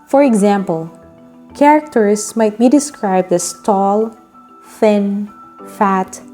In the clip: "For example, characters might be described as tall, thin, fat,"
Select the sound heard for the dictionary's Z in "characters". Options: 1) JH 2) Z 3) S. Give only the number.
3